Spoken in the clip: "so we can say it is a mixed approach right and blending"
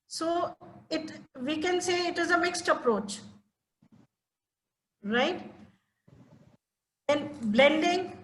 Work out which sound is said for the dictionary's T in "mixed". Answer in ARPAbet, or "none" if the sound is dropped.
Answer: T